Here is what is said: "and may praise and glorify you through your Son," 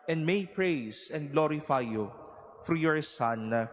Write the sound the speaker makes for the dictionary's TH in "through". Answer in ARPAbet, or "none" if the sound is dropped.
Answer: F